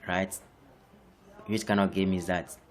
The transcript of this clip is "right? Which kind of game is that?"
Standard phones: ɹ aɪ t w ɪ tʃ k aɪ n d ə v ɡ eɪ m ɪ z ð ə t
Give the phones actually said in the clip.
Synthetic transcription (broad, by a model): ɹ aɪ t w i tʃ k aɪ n ə ɡ eɪ m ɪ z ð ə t